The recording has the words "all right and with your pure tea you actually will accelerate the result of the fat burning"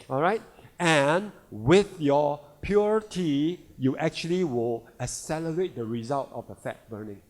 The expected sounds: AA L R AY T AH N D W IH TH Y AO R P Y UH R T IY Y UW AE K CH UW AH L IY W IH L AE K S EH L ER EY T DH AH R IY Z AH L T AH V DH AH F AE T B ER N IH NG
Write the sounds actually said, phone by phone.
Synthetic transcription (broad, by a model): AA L R AY T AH N W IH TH Y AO P Y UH R T IY Y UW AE K CH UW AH L IY W IH L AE S EH L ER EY T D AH R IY Z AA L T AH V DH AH F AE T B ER N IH NG